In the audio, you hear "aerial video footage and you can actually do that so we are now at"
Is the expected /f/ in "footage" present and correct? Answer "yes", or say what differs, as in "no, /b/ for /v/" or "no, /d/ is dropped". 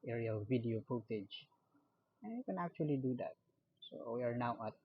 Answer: no, /p/ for /f/